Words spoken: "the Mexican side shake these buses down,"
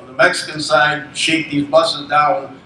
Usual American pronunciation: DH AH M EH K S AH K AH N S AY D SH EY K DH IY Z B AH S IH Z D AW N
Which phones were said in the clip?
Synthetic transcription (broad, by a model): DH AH M EH K S AH K AH N S AY D SH EY K DH IY Z B AH S IH Z D AW N